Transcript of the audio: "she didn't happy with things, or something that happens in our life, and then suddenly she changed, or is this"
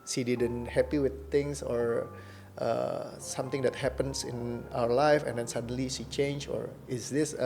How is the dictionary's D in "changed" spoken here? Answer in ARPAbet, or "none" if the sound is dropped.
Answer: none